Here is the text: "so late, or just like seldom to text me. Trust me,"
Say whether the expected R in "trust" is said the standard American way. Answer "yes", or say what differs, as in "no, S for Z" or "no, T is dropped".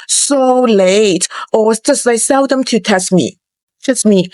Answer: no, R is dropped